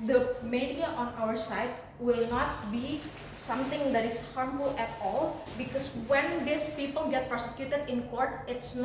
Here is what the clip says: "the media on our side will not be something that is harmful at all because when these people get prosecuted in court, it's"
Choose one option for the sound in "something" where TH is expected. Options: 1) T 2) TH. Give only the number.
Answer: 1